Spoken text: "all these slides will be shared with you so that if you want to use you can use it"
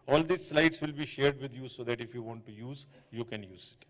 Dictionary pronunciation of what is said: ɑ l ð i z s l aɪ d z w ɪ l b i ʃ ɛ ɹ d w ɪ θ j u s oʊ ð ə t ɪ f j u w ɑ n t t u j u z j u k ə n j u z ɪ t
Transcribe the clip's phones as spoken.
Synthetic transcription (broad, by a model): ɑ l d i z s l aɪ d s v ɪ l b i ʃ ɛ ɹ d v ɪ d j u s oʊ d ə t ɪ f j u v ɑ n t t u j u z j u k ə n j u z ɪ t